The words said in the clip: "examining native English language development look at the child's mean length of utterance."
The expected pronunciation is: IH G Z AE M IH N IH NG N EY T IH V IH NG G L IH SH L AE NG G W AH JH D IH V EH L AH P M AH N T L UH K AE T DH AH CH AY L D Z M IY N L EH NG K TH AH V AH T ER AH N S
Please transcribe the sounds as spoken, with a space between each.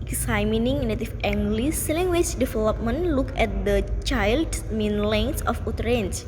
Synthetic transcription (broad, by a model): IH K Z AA M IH N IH NG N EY T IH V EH NG G L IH S L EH NG G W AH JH D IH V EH L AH P M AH N L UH K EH T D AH CH AY L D S M IY N L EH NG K S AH F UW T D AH N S